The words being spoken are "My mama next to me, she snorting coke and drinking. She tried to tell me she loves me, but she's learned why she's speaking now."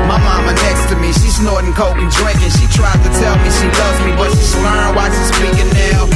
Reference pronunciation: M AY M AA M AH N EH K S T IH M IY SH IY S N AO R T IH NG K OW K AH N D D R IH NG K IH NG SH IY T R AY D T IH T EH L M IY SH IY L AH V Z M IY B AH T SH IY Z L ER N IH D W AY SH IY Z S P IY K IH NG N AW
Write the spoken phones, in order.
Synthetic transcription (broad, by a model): M AY M AA M AH N EH K S T IH M IY SH IY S N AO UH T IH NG K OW AH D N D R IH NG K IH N SH IY T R AY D T IH T EH L M IY SH IY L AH Z M IY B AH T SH IY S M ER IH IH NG W AY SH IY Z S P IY K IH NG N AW